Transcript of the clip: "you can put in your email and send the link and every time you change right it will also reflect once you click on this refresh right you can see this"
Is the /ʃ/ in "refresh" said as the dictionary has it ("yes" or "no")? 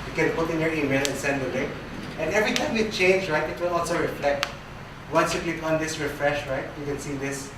yes